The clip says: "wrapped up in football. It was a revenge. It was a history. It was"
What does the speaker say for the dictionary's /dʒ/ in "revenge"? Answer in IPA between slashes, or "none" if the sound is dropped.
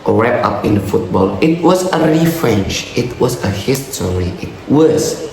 /tʃ/